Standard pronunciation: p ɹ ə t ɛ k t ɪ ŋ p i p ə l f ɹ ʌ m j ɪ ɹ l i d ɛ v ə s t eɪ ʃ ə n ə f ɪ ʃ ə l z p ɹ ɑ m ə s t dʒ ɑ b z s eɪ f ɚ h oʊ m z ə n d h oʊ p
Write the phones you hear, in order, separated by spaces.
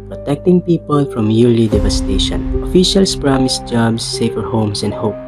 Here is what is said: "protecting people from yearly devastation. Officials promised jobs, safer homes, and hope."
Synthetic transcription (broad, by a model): p ɹ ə t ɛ k t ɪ ŋ p i p ə l f ɹ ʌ m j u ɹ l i d ɛ v ə s t eɪ ʃ ə n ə f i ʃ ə l s p ɹ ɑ m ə s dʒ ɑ b s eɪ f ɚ h oʊ m s ə n d h oʊ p